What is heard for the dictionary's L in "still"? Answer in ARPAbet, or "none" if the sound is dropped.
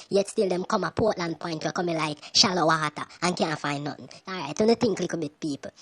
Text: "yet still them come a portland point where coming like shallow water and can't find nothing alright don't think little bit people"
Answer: L